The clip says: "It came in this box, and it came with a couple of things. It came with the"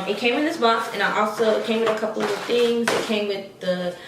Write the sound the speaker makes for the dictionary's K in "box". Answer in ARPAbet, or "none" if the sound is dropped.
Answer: none